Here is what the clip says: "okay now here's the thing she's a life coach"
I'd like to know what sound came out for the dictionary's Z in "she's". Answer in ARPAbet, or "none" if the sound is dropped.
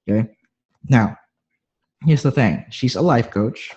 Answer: Z